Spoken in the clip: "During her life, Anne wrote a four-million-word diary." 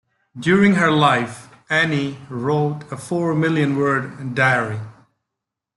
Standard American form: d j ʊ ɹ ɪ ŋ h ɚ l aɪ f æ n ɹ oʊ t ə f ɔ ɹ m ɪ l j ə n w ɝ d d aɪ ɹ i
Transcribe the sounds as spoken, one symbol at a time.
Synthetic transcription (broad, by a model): d j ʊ ɹ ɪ ŋ h ɚ l aɪ f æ n ɹ oʊ t ə f ɔ ɹ m ɪ l j ə n w ɝ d d aɪ ɹ i